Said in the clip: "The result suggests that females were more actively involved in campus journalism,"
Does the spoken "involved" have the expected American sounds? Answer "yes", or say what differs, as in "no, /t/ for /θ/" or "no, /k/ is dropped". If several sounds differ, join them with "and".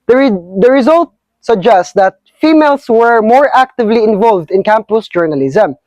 yes